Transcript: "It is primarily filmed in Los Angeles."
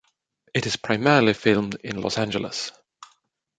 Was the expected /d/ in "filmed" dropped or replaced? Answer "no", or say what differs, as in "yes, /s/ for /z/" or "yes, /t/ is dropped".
no